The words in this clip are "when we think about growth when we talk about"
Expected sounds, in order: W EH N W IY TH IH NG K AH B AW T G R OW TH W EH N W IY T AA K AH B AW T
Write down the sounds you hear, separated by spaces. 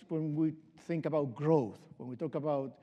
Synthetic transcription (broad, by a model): W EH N W IY TH IH NG K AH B AW T G R OW TH W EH N W IY T AA K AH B AW T